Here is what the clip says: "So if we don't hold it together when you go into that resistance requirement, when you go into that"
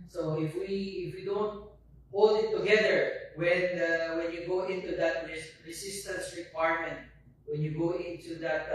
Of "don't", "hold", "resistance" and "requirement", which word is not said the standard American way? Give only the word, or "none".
resistance